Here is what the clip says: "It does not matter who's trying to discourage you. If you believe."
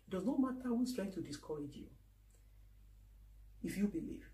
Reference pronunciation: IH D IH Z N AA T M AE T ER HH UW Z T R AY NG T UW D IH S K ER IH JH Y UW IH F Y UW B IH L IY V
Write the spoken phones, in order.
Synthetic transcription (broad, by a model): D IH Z N AA T M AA T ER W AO S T R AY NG T UW D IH S K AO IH JH Y UW IH F Y UW B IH L IY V